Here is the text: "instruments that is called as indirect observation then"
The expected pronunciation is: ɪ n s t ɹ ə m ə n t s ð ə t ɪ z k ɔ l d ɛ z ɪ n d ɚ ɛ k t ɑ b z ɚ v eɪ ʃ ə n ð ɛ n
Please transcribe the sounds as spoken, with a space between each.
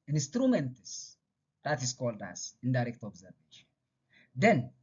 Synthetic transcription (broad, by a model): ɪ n s t ɹ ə m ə n t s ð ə t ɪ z k ɔ l d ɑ s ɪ n d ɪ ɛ k t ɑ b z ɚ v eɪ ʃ n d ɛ n